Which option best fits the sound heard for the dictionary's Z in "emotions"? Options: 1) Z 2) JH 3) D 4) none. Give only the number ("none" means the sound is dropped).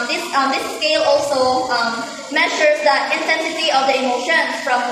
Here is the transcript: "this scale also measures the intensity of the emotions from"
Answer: 4